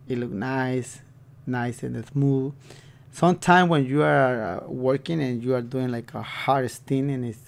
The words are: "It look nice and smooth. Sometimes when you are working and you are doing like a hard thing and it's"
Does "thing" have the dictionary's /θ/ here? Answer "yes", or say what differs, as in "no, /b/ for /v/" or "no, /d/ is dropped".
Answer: no, /s/ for /θ/